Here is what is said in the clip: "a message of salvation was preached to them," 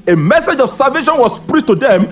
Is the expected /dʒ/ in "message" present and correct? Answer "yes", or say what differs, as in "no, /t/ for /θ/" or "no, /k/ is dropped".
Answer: yes